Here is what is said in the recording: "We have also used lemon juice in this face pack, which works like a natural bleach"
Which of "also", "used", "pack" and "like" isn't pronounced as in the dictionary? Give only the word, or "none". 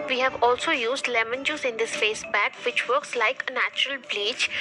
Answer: pack